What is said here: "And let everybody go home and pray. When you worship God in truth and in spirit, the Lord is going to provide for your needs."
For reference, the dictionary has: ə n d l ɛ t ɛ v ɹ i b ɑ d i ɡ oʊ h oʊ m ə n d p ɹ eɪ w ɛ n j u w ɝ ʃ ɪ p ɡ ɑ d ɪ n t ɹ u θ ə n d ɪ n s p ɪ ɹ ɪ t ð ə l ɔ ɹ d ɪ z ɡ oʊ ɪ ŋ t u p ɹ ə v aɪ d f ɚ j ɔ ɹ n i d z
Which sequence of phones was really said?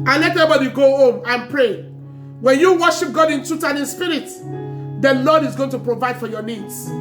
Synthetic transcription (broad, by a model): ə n l ɛ t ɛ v i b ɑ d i ɡ oʊ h oʊ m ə n p ɹ eɪ w ɛ n j u w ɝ ʃ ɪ p ɡ ɑ d ɪ n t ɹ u t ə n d ɪ n s p ɪ ɹ ɪ t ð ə l ɔ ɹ d ɪ z ɡ oʊ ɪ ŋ t u p ɹ ə v aɪ d f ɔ j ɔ n i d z